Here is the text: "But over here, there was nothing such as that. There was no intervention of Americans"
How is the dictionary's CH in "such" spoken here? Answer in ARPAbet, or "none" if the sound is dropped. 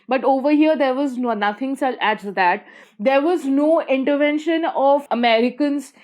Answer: none